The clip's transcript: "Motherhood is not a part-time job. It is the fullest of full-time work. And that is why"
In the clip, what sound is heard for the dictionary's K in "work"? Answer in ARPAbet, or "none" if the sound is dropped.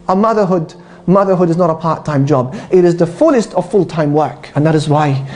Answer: K